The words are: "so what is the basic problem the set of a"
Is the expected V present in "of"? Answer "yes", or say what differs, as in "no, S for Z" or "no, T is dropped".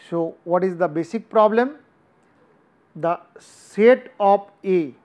no, P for V